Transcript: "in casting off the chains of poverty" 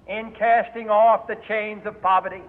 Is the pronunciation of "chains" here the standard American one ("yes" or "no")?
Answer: yes